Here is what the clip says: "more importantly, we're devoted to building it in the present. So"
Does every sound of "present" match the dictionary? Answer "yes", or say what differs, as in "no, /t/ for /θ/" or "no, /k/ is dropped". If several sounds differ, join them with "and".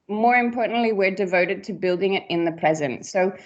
yes